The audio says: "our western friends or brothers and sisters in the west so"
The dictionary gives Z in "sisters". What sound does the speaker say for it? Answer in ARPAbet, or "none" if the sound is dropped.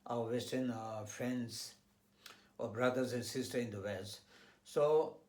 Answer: none